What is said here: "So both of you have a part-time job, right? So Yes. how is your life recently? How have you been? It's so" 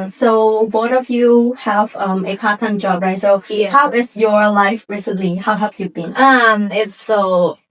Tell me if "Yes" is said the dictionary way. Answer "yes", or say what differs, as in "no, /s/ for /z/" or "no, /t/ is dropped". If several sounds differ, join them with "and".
no, /s/ is dropped